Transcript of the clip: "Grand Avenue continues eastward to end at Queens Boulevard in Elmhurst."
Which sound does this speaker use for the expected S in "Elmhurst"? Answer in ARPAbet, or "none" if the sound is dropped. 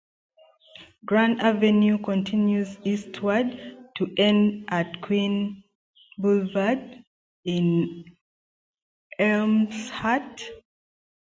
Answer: none